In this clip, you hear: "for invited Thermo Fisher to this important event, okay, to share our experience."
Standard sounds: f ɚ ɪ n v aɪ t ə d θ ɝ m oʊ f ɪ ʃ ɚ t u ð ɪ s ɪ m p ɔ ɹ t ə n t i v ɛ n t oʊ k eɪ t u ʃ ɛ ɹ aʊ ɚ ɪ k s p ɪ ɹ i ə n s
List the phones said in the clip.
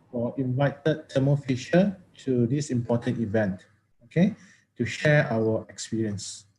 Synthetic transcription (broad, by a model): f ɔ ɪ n v aɪ t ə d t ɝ m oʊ f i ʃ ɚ t u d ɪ s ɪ m p ɔ t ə n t i v ɛ n t oʊ k eɪ t u ʃ ɛ aʊ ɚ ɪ k s p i ɹ i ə n s